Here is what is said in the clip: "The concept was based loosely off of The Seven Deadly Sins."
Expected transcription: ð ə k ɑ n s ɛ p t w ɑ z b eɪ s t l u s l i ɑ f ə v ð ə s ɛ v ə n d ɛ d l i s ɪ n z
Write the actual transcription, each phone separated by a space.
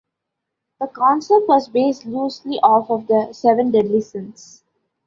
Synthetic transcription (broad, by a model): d ə k ɑ n s ɛ p t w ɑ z b eɪ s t l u s l i ɑ f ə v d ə s ɛ v ə n d ɛ d l i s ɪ n s